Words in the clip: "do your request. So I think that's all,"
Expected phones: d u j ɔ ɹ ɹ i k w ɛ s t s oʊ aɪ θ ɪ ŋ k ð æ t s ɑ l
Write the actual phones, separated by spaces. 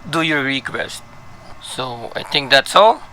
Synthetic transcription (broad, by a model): d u j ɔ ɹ ɹ i k w ɛ s t s oʊ aɪ t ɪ ŋ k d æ t s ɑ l